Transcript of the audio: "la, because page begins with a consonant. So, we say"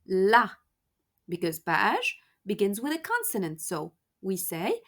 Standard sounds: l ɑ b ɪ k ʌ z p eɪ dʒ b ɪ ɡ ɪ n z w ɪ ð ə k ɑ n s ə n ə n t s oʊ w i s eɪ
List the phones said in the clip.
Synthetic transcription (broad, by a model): l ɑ b ɪ k ʌ z b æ ʃ b ɪ ɡ ɪ n z w ɪ ð ə k ɑ n s ə n ə n t s oʊ w i s eɪ